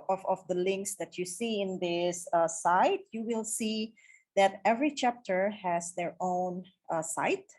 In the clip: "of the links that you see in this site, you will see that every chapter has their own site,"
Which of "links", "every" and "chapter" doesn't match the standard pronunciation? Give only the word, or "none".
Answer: none